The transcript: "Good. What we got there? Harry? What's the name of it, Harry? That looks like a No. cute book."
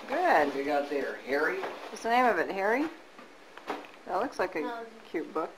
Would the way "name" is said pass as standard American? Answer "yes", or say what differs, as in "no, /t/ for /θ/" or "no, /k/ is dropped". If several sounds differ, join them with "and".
yes